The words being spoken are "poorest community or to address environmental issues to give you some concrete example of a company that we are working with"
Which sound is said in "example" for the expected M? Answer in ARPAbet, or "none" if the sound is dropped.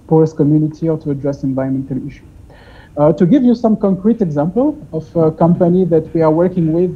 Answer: M